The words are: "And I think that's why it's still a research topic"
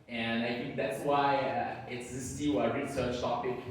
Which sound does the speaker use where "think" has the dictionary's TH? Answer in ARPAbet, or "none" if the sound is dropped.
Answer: TH